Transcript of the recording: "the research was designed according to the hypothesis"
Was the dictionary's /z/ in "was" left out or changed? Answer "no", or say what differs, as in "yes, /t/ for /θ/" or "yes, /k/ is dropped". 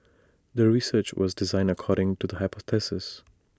no